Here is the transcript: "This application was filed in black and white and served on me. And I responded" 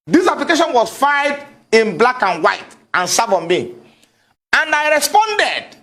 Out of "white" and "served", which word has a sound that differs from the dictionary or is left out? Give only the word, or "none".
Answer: served